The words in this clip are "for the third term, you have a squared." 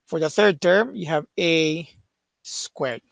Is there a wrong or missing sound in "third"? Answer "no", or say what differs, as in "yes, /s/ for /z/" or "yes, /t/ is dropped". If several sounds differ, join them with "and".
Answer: no